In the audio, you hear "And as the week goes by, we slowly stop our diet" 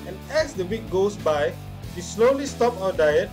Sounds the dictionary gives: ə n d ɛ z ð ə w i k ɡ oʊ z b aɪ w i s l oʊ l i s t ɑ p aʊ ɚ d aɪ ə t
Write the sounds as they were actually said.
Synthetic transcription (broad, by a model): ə n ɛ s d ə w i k ɡ oʊ s b aɪ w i s l oʊ l i s t ɑ p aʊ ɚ d aɪ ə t